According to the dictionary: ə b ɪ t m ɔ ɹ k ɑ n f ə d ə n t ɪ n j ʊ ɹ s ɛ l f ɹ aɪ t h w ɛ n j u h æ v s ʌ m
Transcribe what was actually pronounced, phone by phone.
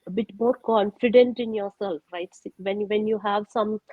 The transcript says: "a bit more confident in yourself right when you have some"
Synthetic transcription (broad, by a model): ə b ɪ t m ɔ ɹ k ɑ n f ə d ə n t ɪ n j ʊ ɹ s ɛ l f ɹ aɪ t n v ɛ n j u h æ v s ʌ m